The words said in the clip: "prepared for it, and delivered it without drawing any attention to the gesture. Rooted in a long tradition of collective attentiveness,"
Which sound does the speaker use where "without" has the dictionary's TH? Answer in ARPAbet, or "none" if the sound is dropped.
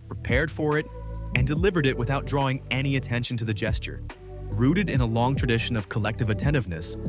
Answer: TH